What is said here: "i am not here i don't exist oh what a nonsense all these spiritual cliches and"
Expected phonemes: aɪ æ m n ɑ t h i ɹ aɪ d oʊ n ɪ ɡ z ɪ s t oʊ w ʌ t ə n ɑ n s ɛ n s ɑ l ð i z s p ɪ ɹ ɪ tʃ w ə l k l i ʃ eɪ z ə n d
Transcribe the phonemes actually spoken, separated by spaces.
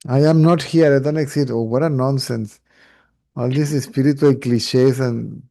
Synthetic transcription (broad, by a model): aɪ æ m n ɑ t h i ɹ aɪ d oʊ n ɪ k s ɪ t oʊ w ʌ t ə n ɑ n s ɛ n s ɑ l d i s s p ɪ ɹ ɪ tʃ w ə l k l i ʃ eɪ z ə n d